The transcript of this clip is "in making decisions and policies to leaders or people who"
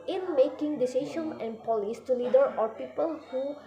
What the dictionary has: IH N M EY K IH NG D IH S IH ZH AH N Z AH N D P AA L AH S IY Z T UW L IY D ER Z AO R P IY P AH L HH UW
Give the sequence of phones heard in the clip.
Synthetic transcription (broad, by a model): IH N M EY K IH NG D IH S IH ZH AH N AH N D P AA L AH S T UW L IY D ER AO R P IY P AH L HH UW